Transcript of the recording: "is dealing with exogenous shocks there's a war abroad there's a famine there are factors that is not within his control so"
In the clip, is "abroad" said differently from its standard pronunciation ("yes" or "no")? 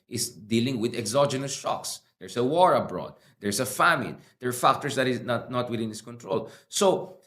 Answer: no